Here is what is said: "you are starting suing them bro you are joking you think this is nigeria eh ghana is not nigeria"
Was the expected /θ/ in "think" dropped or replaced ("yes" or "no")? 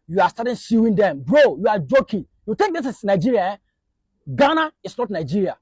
yes